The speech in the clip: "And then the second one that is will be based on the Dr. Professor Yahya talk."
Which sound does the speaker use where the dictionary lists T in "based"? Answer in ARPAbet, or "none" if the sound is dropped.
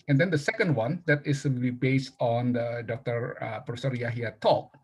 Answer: T